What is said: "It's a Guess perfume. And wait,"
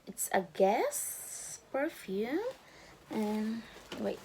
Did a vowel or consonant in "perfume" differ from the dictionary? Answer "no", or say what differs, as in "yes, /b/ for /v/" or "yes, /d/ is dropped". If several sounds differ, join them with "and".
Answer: yes, /m/ is dropped